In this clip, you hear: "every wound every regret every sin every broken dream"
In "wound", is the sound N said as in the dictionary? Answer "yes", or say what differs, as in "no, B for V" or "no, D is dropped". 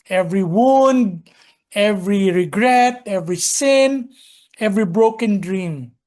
yes